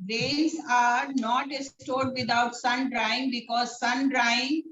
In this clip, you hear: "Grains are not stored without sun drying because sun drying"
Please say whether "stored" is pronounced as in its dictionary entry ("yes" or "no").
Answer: yes